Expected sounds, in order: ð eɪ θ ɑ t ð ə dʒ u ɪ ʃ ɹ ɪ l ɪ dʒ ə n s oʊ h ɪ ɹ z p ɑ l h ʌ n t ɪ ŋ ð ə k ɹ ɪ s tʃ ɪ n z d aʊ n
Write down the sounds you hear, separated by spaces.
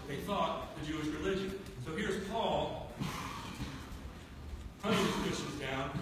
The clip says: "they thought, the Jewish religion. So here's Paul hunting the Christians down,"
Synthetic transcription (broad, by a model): ð eɪ θ ɑ t ð ə dʒ u ɪ ʃ ɹ ɪ l ɪ dʒ ə n s oʊ h ɪ ɹ z p ɑ l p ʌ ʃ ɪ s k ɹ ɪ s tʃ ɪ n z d aʊ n